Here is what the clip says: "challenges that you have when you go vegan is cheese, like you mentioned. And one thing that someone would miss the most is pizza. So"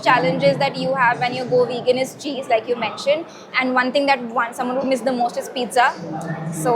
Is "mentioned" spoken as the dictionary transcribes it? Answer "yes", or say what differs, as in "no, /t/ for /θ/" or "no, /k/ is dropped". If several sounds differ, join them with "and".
yes